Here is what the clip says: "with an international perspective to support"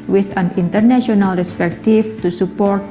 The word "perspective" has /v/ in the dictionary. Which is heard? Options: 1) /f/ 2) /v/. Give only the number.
1